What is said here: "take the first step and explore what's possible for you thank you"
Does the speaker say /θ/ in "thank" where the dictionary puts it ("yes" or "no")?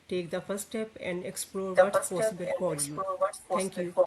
no